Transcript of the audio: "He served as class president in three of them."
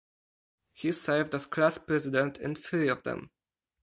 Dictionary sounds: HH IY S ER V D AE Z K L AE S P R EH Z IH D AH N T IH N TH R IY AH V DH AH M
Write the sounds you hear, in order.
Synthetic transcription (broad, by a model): HH IY S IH V D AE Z K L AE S P R EH Z IH D AH N T IH N F R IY AH V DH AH M